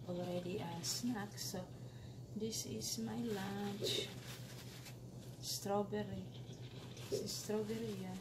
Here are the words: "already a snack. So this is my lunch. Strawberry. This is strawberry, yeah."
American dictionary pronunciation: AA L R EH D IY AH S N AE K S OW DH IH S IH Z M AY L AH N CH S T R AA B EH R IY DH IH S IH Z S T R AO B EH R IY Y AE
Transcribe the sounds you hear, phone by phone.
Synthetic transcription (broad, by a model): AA L R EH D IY AH S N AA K S OW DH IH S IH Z M AY L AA CH S T R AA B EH R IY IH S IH S T R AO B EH R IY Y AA